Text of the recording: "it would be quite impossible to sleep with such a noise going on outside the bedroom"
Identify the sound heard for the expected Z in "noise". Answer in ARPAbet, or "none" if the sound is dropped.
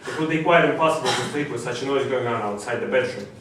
Z